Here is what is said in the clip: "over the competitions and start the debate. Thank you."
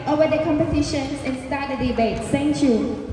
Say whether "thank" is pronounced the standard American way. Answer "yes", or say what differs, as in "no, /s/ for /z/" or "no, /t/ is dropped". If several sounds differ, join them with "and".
no, /s/ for /θ/